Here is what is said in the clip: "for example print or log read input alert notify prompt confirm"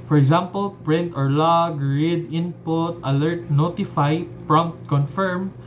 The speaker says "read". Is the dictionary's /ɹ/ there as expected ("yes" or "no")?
yes